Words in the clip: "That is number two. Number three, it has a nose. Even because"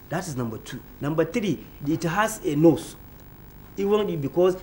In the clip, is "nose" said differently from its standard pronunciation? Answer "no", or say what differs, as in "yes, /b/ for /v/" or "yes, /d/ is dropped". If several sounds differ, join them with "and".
yes, /s/ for /z/